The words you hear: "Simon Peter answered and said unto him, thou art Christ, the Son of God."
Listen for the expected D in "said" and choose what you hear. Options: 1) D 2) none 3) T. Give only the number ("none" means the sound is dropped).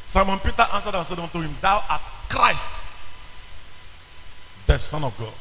1